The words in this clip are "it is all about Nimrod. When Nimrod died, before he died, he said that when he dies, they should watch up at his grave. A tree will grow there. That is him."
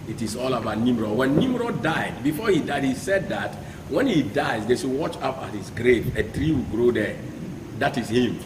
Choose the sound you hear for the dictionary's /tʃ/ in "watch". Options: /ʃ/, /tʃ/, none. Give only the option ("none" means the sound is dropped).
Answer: /tʃ/